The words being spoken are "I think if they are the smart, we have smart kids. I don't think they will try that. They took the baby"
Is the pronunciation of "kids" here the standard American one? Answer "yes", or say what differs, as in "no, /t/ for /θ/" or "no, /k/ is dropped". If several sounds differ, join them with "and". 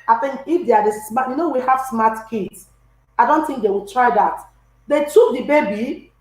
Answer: no, /s/ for /z/